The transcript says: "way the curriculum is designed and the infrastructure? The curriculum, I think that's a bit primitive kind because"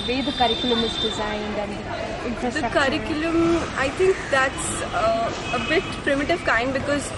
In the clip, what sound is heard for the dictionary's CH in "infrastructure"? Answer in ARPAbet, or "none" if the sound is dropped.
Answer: none